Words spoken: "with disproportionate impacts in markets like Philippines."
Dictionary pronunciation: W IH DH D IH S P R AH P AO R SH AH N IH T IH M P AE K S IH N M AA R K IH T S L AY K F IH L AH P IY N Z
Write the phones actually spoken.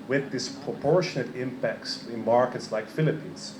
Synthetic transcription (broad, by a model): W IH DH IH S P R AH P AO R SH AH N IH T IH M P AE K S IH N M AA R K IH T S L AY K F IH L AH P IY N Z